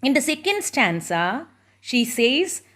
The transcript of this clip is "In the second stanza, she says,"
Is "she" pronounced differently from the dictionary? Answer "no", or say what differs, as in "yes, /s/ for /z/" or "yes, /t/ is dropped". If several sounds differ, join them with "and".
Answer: no